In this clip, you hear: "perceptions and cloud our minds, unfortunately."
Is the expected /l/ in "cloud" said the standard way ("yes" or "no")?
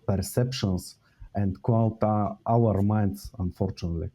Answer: no